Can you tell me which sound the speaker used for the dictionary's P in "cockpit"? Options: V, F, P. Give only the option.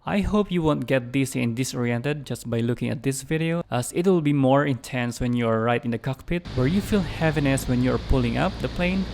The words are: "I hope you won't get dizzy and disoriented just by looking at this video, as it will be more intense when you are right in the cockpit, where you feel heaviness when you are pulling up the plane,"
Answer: P